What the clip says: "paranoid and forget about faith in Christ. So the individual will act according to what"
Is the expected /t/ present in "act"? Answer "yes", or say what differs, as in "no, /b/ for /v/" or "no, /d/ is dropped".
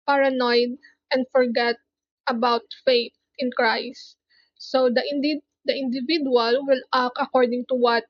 no, /t/ is dropped